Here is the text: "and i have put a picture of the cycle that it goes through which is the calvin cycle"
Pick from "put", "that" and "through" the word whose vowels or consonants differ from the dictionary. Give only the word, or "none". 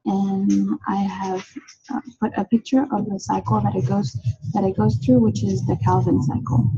none